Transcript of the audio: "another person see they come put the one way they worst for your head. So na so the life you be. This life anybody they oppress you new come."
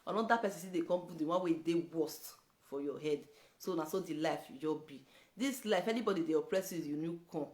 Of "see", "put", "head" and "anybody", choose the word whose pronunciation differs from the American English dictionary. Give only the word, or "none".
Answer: put